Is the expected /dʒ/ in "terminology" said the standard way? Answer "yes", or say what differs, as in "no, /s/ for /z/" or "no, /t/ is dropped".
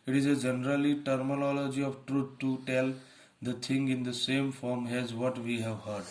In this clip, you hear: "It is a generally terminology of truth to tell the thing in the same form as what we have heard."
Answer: yes